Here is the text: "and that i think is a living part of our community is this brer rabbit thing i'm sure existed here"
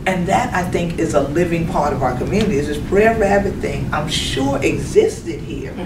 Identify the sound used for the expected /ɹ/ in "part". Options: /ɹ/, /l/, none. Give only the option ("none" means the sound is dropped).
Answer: /ɹ/